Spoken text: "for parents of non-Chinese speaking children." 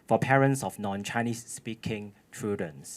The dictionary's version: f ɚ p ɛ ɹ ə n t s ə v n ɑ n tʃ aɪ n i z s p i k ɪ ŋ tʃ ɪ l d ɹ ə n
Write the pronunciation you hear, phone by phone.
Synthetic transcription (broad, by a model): f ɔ p ɛ ɹ ə n t s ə f n ɑ n tʃ aɪ n i s p i k ɪ ŋ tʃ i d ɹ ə n